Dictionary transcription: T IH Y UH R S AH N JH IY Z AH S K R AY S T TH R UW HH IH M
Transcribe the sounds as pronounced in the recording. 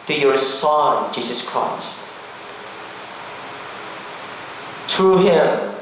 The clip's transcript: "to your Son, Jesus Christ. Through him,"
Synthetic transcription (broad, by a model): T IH Y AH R S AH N JH IY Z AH S K R AY S T T R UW HH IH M